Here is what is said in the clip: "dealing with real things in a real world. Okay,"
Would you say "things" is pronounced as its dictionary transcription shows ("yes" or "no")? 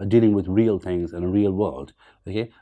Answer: yes